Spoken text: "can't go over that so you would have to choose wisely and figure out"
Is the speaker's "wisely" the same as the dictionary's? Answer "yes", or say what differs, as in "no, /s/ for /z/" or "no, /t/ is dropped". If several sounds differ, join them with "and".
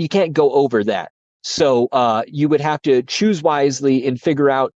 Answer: yes